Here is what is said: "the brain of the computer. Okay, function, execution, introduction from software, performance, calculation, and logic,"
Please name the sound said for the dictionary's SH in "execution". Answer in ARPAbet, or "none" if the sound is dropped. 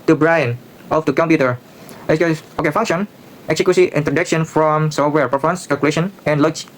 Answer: S